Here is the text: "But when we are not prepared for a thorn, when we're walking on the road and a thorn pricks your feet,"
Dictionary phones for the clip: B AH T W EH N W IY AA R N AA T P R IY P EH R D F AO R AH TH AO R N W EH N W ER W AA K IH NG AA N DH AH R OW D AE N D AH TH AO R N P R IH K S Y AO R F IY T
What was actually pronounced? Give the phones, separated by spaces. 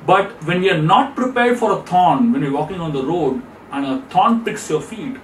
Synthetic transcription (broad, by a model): B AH T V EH N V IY AA R N AA T P R IY P EH R D F AO R AH T AO N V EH N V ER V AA K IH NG AA N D AH R OW D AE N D AH T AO N P IH K S Y AO R F IY T